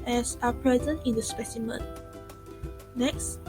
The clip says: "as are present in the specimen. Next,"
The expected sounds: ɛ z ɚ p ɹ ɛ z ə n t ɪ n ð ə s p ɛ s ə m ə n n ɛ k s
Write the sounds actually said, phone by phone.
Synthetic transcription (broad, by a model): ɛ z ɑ p ɹ ɛ z ə n t ɪ n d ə s p ɛ s ə m ə n n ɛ k s